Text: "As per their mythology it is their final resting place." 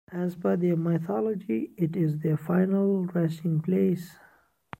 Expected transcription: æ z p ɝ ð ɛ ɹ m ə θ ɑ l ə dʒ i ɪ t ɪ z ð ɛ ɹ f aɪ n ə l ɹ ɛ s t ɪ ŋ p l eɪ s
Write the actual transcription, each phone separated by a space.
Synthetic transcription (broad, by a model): æ z b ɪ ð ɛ m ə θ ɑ l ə dʒ i ɪ t ɪ z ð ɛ f aɪ n ə l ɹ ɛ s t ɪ ŋ p l eɪ s